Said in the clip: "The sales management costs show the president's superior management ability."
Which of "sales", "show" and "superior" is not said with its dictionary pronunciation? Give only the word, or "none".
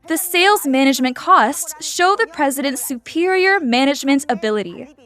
none